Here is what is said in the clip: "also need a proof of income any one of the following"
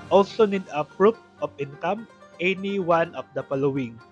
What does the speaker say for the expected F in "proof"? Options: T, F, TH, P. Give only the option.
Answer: P